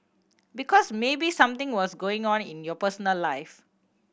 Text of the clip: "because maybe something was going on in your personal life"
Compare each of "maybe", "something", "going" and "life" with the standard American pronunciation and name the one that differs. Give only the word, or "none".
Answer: something